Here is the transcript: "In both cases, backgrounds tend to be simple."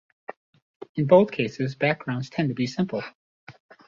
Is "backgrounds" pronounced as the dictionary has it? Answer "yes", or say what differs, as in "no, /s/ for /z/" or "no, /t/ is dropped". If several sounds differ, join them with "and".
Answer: yes